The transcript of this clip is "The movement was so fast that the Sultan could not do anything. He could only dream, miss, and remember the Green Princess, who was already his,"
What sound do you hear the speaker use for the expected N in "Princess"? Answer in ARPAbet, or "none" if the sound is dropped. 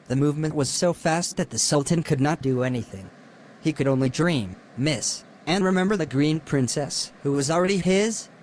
N